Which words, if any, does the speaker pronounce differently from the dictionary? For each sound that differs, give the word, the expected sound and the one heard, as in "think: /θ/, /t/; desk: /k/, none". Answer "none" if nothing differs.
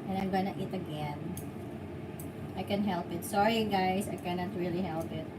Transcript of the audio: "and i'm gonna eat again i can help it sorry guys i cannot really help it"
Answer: guys: /z/, /s/